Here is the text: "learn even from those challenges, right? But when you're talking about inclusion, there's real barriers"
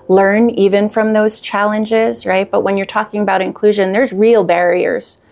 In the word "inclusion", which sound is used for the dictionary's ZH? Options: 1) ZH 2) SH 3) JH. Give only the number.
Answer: 1